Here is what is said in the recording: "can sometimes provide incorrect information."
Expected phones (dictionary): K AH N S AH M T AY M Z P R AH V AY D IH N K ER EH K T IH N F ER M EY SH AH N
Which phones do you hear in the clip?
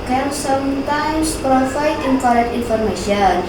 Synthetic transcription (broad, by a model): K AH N S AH M T AY M S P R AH F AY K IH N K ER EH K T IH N F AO M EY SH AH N